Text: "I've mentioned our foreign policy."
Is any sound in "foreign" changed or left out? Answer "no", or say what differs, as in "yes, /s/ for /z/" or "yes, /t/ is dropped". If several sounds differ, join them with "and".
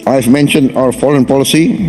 yes, /l/ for /ɹ/